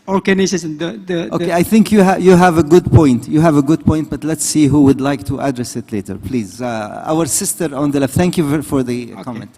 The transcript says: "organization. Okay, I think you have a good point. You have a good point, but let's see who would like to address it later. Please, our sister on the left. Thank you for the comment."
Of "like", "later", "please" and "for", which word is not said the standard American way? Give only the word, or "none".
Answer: none